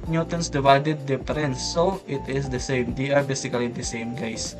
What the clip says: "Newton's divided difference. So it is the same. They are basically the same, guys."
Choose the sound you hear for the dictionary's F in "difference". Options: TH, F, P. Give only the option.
P